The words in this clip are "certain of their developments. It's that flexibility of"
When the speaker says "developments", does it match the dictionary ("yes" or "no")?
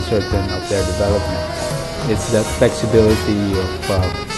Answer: no